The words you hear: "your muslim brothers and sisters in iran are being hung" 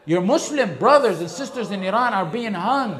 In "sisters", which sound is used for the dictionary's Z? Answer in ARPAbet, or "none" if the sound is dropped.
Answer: Z